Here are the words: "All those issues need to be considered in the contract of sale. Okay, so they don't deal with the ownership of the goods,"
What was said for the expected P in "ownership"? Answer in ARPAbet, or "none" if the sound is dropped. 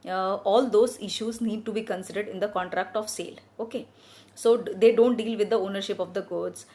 P